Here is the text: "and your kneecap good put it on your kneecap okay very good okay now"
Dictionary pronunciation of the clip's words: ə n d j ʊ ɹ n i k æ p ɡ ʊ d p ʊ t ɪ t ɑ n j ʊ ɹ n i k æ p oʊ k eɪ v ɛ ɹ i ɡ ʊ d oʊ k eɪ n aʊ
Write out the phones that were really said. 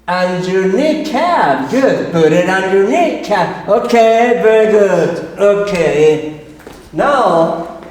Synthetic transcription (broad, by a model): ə n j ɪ n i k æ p ɡ ʊ d b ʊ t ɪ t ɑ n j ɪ n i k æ oʊ k eɪ v ɛ ɹ i ɡ ʊ d oʊ k eɪ n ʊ